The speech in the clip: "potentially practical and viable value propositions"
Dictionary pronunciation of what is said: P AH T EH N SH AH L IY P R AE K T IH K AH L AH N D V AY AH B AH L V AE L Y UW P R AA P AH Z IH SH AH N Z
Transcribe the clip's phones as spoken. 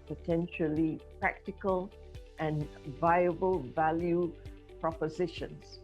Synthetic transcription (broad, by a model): P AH T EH N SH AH L IY P R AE K T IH K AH L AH N V AY AH B AH L V AE L Y UW P R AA P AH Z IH SH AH N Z